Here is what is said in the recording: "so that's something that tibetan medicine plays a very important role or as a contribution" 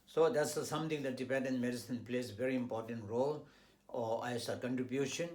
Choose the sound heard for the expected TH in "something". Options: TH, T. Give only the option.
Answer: T